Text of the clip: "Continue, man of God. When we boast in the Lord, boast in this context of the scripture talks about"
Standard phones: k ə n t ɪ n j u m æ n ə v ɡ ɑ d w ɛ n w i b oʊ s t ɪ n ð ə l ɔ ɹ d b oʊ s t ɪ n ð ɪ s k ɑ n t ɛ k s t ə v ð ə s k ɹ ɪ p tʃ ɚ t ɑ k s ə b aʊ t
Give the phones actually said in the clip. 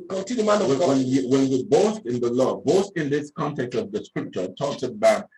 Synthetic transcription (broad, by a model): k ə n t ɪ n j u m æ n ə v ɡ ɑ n w ɛ n w i b oʊ s t ɪ n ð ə l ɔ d b oʊ s t ɪ n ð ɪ s k ɑ n t ɛ k s t ə v ð ə s k ɹ ɪ p tʃ ɚ t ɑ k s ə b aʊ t